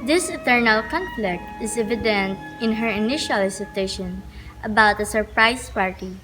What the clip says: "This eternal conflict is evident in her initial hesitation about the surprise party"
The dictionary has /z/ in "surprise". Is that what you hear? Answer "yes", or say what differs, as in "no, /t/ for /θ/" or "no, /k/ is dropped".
no, /s/ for /z/